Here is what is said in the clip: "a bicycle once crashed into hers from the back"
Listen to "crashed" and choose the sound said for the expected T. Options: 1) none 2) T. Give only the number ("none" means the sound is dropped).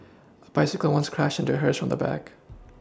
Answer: 1